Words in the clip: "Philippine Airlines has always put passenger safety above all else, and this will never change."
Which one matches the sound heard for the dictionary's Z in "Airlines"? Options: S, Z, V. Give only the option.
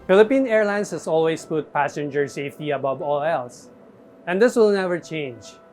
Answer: S